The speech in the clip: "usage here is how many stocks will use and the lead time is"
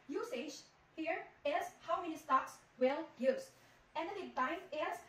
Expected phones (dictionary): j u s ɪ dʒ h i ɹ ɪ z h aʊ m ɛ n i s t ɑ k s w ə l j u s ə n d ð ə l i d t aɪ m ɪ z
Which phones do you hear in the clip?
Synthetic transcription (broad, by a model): j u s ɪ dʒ h i ɹ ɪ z h aʊ m ɛ n i s t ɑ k s w ə l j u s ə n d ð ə n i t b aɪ ɪ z